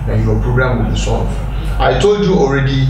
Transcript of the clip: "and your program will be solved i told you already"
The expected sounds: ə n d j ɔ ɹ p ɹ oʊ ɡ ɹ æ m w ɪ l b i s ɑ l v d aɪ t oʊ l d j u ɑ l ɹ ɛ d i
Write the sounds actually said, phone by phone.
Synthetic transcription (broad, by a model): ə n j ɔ p ɹ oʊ ɡ ɹ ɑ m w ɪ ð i s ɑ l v aɪ t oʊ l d j u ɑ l ɹ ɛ d i